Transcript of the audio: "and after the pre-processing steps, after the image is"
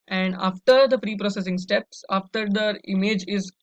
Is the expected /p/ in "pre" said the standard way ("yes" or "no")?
no